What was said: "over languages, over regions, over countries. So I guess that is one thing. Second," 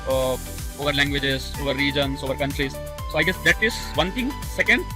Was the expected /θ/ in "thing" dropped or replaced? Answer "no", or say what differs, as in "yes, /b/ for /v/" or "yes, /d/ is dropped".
yes, /t/ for /θ/